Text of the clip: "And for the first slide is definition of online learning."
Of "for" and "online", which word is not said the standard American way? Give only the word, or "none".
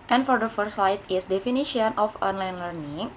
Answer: none